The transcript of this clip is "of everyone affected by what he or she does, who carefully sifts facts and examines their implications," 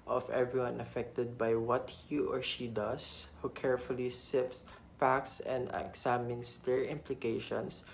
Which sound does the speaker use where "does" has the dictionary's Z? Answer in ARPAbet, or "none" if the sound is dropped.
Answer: S